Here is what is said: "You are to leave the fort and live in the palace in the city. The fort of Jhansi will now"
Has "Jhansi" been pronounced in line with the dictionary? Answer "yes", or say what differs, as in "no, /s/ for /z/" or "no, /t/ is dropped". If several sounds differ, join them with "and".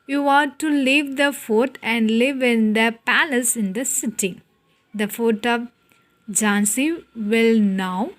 yes